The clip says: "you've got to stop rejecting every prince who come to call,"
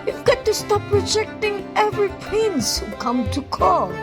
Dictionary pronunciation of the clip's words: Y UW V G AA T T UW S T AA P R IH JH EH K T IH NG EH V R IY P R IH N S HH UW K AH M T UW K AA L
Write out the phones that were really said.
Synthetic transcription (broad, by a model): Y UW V G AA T T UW S T AA P R IH JH EH K T IH NG EH V R IY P IH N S HH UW K AH M T UW K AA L